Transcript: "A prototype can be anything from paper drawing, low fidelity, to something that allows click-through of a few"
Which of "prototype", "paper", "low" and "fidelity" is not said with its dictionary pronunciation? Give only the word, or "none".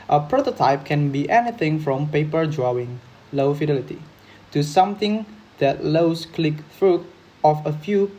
none